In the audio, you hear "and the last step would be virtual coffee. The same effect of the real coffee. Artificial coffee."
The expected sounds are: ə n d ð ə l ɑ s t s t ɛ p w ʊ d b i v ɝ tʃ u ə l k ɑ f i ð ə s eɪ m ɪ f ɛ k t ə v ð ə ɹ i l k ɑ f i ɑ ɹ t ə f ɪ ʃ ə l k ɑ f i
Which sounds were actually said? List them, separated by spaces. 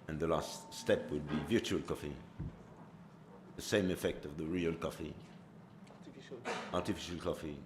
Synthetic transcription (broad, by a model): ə n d ð ə l ɑ s t s t ɛ p w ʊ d b i v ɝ tʃ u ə l k ɑ f i ð ə s eɪ m ɪ f ɛ k t ə v ð ə ɹ i l k ɑ f i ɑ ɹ t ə f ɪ ʃ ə l k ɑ f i